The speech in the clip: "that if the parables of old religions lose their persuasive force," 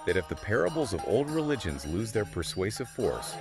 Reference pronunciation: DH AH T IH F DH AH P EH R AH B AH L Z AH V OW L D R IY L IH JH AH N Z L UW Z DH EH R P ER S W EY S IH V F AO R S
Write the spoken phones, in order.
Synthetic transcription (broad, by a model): DH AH T IH F DH AH P EH R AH B L Z AH V OW L D R IY L IH JH AH N Z L UW Z DH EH R P ER S W EY S IH V F AO R S